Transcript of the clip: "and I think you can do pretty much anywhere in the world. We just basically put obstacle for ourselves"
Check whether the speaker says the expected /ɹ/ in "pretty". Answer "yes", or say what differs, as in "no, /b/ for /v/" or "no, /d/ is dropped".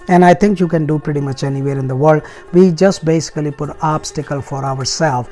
yes